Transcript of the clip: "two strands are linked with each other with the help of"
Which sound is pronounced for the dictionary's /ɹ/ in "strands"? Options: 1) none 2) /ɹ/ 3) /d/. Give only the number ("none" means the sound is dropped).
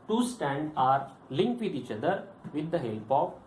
1